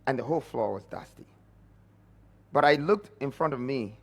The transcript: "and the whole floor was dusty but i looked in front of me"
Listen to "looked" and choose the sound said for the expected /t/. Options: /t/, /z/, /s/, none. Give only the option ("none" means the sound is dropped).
/t/